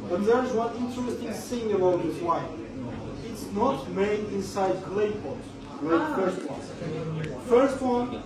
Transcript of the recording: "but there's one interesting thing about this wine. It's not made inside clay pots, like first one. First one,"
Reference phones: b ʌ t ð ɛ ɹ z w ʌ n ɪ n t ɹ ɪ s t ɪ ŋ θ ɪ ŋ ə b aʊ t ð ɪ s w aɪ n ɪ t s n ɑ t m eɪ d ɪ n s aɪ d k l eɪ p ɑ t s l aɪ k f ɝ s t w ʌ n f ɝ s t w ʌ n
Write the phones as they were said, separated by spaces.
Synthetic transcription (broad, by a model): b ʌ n ð ɛ ɹ z w ʌ n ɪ n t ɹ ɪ s t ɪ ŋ s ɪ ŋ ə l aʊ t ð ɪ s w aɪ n ɪ t s n ɑ t m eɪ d ɪ n s aɪ d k l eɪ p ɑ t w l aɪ f ɝ s t w ʌ n f ɝ s t w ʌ n